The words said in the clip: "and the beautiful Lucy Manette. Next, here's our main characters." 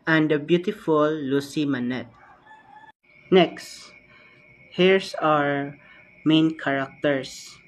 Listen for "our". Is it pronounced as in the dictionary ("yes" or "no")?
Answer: yes